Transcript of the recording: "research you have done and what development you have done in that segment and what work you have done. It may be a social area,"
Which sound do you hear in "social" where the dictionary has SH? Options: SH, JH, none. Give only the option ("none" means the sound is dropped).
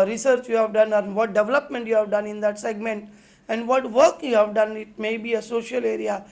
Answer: SH